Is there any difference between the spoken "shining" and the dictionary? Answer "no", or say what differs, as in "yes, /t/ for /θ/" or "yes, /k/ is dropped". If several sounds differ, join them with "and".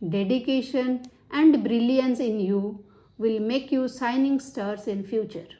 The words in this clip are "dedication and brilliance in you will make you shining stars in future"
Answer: yes, /s/ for /ʃ/